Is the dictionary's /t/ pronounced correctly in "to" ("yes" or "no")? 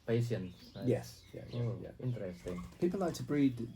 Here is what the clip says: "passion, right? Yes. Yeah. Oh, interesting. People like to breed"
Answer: yes